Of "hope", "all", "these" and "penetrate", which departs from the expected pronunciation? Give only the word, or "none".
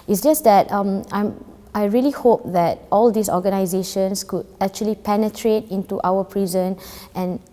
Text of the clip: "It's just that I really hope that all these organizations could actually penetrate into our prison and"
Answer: these